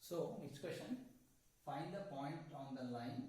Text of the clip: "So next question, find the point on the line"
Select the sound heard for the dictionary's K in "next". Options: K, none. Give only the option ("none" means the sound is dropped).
K